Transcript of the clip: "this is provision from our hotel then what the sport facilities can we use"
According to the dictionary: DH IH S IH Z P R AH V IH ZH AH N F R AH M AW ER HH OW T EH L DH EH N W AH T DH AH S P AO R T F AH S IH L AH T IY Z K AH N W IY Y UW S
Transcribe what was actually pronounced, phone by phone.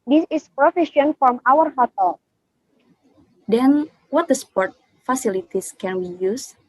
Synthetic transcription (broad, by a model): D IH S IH S P R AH F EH SH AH N F R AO M AW ER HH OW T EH L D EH N W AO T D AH S P AO R T F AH S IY L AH T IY S K AH N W IY Y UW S